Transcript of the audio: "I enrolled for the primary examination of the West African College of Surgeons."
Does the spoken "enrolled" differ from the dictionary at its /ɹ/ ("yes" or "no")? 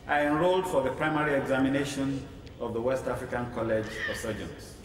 no